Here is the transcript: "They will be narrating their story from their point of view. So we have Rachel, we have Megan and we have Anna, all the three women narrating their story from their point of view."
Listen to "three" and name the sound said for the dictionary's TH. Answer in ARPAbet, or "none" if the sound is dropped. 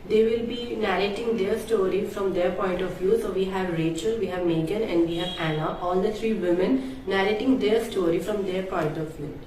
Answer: T